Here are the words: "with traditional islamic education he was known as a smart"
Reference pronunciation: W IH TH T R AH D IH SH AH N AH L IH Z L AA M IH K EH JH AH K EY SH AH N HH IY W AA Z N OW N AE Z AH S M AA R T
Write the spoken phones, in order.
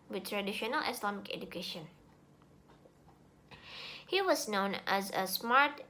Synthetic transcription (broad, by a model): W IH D T R AH D IH SH AH N AH L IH S L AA M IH K EH JH AH K EY SH AH N HH IY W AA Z N OW N AE Z AH S M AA R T